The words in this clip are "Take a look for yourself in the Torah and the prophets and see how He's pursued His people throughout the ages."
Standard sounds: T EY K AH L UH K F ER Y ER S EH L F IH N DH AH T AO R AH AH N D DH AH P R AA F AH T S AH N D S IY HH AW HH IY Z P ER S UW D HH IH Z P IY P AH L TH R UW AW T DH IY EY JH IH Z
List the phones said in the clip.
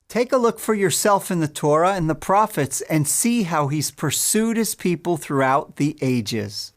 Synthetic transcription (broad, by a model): T EY K AH L UH K F ER Y ER S EH L F IH N DH AH T AO R AH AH N DH AH P R AA F AH T S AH N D S IY HH AW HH IY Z P ER S UW D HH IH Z P IY P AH L TH R UW AW T DH IY EY JH IH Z